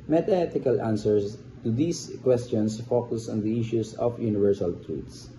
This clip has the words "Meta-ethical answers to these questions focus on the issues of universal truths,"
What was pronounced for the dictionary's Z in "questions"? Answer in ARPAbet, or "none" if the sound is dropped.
S